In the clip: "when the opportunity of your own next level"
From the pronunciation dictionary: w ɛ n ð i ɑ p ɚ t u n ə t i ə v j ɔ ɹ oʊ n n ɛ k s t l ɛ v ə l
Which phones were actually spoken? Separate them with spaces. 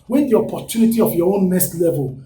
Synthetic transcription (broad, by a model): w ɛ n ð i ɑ p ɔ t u n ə t i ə f j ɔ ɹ oʊ n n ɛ s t l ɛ v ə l